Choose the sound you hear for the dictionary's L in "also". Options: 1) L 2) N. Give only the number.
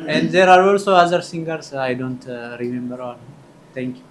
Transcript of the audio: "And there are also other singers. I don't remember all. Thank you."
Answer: 1